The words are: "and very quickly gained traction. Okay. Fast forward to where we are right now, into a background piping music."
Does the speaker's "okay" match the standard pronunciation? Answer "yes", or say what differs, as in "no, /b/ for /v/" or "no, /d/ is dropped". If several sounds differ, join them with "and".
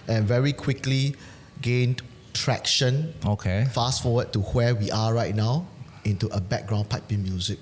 yes